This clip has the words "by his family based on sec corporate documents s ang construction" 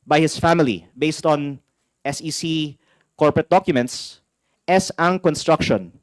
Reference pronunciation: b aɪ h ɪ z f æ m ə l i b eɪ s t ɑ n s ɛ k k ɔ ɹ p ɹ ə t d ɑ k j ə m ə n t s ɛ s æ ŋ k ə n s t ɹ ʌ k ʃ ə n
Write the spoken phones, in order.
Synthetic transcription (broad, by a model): b aɪ h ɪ s f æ m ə l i b eɪ s t ɑ n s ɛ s k ɔ ɹ p ɹ ə t d ɑ k j ə m ə n t s ɛ s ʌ ŋ k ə n s t ɹ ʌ k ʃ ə n